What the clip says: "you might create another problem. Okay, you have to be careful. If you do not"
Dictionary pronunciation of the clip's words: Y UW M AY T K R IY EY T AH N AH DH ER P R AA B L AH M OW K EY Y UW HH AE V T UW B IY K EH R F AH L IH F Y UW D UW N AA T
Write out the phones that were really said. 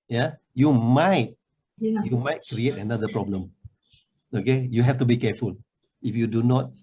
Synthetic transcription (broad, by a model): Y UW M AY T K R IY EY T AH N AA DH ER P R AA B L AH M OW K EY Y UW HH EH F T UW B IY K EH F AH L IH F Y UW D UW N AA T